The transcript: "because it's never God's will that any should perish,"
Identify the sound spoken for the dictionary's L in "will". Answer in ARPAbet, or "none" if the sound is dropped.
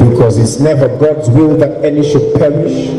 L